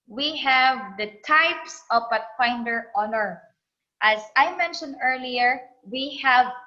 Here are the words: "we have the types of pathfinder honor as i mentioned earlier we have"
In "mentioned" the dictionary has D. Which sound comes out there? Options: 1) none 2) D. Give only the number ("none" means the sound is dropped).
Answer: 2